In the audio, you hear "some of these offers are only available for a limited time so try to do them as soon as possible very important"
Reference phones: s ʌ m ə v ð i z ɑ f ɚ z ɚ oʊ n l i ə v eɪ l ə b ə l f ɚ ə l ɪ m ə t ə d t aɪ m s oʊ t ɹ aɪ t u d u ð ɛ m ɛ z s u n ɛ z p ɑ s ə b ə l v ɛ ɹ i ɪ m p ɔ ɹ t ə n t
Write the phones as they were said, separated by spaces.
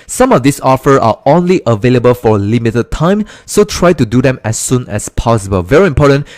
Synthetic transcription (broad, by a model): s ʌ m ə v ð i s ɑ f ɚ ɚ oʊ n l i ə v eɪ l ə b ə l f ə l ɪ m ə t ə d t aɪ m s oʊ t ɹ aɪ t u d u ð ɛ m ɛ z s u n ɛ s p ɑ s ə b ə l v ɛ ɹ i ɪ m p ɔ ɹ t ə n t